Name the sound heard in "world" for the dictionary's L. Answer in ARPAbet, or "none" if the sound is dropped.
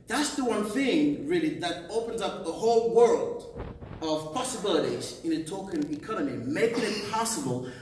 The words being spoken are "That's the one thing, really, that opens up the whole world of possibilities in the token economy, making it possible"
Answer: L